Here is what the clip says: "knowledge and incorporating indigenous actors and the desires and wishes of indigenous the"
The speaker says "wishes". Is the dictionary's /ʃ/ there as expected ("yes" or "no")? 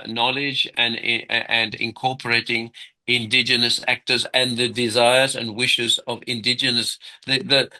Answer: yes